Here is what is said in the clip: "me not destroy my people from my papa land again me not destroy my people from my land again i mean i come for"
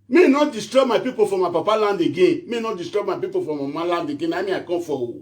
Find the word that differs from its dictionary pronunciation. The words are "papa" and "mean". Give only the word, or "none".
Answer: mean